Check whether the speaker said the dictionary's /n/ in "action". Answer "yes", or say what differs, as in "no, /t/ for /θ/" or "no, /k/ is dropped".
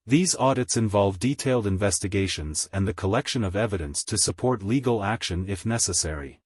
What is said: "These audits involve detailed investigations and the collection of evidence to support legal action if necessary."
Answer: yes